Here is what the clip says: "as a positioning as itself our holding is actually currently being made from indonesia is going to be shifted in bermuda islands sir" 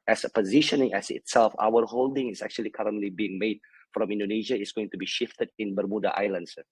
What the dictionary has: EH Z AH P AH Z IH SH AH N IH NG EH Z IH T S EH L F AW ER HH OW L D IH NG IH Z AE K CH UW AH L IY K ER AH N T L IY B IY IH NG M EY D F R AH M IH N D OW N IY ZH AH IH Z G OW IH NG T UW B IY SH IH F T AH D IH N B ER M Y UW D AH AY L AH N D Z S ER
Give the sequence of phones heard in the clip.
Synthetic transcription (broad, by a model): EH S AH P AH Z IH SH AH N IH NG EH S IH T S EH L F AW ER HH OW L D IH NG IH S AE K CH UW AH L IY K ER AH N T L IY B IY IH NG M EY D F R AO M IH N D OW N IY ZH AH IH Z G OW IH NG T UW B IY SH IH F T AH D IH N B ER M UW D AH AY L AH N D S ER